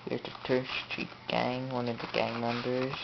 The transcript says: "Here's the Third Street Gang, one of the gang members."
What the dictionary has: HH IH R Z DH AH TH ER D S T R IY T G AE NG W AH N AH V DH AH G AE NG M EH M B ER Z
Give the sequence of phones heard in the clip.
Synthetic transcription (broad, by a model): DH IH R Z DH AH T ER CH S T R IY T G AE NG W AH N AH V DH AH G AE NG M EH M B ER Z